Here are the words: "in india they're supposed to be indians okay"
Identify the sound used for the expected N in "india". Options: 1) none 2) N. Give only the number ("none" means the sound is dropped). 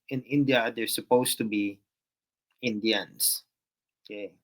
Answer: 2